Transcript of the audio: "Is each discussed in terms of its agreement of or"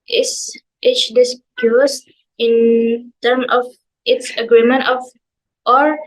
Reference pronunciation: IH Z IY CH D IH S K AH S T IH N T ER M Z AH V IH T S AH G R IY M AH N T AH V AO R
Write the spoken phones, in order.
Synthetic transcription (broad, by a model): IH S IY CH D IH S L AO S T IH N T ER M AH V IH T S AH G R IY M AH N T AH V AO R